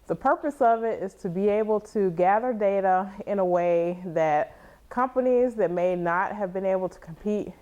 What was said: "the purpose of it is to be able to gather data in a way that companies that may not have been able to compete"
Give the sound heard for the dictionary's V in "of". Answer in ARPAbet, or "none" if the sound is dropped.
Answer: V